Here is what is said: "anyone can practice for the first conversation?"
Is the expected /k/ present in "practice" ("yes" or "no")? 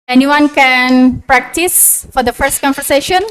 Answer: yes